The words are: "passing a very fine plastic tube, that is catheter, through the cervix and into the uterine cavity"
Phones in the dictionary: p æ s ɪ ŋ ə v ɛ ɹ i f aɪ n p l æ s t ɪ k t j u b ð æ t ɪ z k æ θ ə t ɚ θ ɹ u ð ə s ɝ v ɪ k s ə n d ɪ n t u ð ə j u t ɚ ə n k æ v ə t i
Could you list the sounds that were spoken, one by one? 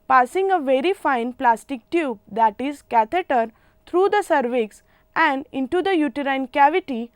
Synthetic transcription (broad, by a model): p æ s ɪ ŋ ə v ɛ ɹ i f aɪ n p l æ s t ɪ k t j u b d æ t ɪ z k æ t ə t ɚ t ɹ u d ə s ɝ v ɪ k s ə n d ɪ n t u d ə j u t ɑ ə n k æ v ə t i